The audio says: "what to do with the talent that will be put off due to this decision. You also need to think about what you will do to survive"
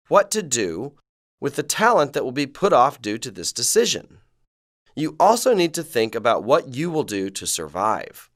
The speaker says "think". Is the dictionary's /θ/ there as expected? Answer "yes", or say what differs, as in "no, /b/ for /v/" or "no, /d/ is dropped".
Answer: yes